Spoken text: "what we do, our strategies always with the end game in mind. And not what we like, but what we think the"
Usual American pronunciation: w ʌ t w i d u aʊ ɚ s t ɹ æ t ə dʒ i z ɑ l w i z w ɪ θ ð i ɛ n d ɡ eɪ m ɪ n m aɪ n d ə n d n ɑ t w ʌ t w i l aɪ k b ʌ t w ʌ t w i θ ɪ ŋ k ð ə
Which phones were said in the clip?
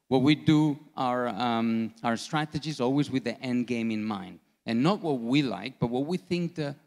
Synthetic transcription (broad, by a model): w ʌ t w i d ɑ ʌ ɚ s t ɹ æ t ə dʒ i z ɑ l w i z w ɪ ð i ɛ n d ɡ eɪ m ɪ n m aɪ n d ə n n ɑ t w ʌ t w i l aɪ k b ʌ t w ʌ t w i θ ɪ ŋ k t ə